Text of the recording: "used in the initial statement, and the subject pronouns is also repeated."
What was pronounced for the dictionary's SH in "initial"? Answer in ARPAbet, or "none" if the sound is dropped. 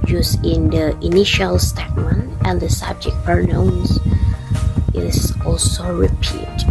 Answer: SH